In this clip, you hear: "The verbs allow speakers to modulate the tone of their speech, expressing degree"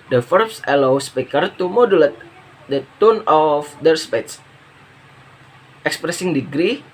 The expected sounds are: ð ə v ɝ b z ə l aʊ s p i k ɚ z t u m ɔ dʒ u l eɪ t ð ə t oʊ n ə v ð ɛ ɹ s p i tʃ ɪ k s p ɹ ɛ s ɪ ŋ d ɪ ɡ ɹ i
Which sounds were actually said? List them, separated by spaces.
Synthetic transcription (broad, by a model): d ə f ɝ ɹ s ə l aʊ s p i k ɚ t u m ɔ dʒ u l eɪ t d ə t oʊ n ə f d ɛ ɹ s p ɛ s ɪ k s p ɹ ɛ s ɪ ŋ d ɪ ɡ ɹ i